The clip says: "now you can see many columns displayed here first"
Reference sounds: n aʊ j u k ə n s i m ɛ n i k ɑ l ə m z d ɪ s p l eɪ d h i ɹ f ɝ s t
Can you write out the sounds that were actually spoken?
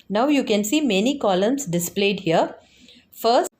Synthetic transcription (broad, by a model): n aʊ j u k ə n s i m ɛ n i k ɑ l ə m s d ɪ s p l eɪ d h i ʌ f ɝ s